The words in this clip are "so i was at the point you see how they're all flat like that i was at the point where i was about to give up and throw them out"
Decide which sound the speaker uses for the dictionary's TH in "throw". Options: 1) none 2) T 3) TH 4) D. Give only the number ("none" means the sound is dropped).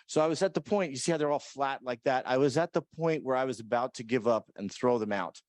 3